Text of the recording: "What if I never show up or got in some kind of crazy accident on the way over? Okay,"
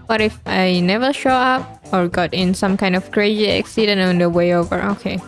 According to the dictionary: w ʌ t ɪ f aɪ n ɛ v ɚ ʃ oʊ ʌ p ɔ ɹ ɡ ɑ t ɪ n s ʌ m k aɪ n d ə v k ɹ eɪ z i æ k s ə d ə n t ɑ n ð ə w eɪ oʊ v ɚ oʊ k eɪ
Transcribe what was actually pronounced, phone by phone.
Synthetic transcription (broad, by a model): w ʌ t ɪ f aɪ n ɛ v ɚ ʃ oʊ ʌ p ɔ ɹ ɡ ɑ t ɪ n s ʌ m k aɪ n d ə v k ɹ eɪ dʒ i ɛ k s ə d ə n ɑ n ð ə w eɪ oʊ v ɚ oʊ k eɪ